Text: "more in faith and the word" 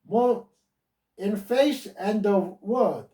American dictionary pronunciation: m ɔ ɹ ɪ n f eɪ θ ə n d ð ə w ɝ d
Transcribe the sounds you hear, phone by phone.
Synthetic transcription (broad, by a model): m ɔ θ ɪ n f eɪ s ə n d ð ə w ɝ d